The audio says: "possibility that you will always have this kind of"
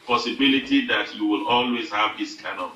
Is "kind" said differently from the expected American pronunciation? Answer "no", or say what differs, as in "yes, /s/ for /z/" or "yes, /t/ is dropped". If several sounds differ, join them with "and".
yes, /d/ is dropped